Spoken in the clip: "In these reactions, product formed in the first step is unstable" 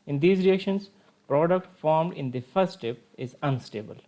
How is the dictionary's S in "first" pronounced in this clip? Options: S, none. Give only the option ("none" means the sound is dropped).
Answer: none